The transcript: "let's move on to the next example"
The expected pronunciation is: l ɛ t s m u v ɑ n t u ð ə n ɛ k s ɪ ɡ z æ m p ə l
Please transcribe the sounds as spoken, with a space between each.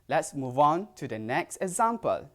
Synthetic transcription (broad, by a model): l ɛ t s m u v ɑ n t u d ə n ɛ k s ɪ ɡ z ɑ m p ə l